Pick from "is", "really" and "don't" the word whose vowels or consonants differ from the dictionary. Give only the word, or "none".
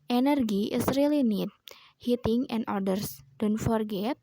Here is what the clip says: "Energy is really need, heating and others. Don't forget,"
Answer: is